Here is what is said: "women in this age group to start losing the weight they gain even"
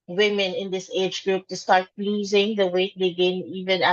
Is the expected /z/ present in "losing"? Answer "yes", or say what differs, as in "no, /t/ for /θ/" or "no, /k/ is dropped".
yes